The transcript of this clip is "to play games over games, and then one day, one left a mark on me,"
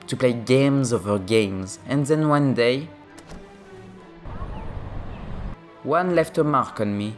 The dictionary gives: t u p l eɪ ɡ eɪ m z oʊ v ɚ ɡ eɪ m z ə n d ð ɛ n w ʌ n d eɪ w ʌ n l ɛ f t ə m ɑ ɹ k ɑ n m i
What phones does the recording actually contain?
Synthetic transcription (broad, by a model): t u p l eɪ ɡ eɪ m z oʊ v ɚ ɡ eɪ m z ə n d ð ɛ n w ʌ n d eɪ w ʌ n l ɛ f t ə m ɑ ɹ k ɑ n m i